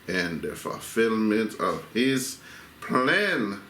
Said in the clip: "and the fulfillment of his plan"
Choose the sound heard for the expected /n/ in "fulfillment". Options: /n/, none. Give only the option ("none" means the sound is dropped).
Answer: /n/